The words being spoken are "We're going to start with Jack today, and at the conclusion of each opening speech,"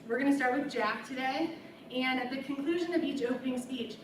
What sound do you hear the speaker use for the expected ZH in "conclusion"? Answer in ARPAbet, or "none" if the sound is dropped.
ZH